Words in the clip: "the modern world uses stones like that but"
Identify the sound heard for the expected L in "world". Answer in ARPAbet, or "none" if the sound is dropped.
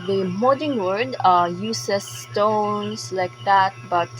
none